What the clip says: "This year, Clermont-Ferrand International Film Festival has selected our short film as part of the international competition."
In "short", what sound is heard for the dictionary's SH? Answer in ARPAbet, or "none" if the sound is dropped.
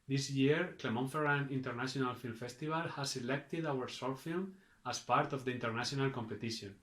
S